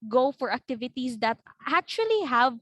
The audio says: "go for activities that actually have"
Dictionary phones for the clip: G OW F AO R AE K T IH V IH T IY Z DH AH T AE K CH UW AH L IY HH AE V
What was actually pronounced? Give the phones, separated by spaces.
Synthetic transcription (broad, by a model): G OW F AO R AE K T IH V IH T IY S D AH T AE K CH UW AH L IY HH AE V